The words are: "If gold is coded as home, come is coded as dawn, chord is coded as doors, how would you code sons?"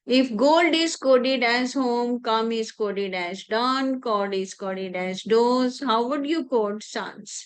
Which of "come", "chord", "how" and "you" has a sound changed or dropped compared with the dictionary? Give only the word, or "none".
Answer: chord